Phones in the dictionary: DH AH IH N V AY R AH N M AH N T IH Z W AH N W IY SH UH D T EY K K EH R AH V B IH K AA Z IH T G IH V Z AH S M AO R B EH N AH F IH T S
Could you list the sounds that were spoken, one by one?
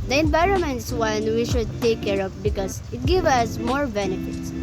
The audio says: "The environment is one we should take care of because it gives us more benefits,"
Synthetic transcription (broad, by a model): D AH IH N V AY R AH N M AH N T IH S W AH N W IY SH UH D T EY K K EH R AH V B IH K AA S IH T G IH V AH S M AO R B EH N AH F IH T S